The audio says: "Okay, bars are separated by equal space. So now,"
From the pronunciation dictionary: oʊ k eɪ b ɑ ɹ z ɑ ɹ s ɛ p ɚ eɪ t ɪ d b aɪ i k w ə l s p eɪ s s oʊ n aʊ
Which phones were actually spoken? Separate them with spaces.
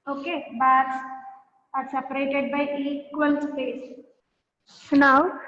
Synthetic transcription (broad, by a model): oʊ k eɪ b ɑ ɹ s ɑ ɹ s ɛ p ɚ eɪ t ɪ d b aɪ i k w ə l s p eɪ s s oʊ n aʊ